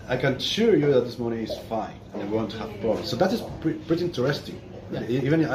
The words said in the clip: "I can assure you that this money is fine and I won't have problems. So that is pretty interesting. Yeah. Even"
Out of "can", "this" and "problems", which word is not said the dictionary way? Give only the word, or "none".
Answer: problems